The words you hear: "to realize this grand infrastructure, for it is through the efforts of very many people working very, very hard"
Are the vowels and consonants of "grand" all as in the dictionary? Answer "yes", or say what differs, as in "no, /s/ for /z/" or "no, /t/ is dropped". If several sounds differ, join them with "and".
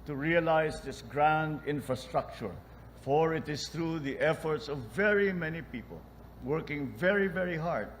yes